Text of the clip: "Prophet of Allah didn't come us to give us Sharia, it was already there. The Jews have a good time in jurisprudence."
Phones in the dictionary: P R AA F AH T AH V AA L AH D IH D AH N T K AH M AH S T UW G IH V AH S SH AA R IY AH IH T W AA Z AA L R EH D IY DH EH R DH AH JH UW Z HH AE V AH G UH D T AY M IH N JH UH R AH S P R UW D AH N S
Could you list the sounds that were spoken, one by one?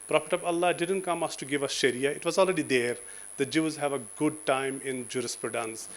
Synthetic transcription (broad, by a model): P R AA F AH T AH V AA L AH D IH D AH N T K AH M AH S T UW G IH V AH S SH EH R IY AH IH T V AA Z AA L R EH D IY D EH R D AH JH UW Z HH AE V AH G UH D T AY M IH N JH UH R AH S P R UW D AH N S